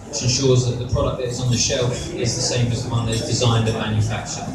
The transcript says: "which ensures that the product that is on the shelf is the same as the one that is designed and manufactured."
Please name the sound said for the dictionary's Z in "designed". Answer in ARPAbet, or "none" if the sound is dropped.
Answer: Z